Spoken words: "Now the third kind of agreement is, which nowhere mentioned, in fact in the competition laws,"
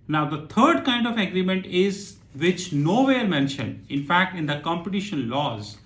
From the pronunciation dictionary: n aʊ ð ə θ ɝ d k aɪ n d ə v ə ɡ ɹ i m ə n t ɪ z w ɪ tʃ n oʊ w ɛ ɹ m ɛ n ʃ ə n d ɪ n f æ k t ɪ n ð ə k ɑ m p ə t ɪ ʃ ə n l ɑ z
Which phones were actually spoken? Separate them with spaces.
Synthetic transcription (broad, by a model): n aʊ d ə t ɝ d k aɪ n d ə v ə ɡ ɹ i m ə n t ɪ z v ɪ tʃ n oʊ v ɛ ɹ m ɛ n ʃ ə n d ɪ n f æ k t ɪ n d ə k ɑ m p ə t ɪ ʃ ə n l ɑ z